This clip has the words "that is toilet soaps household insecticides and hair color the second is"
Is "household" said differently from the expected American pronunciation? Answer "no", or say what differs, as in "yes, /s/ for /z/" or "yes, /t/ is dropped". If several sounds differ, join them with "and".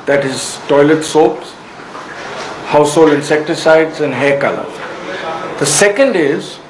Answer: yes, /d/ is dropped